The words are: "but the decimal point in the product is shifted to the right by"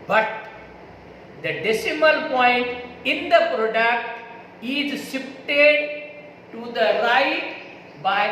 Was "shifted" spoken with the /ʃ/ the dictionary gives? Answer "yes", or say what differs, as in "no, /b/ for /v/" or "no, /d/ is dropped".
no, /s/ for /ʃ/